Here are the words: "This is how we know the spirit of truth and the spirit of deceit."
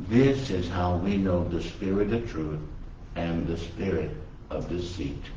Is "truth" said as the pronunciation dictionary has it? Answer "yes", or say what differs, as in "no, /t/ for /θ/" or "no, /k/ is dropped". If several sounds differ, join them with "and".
yes